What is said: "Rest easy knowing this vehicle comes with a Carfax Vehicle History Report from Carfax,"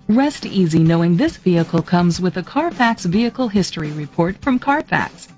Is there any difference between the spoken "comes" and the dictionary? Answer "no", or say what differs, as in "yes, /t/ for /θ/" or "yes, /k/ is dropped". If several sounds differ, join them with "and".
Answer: no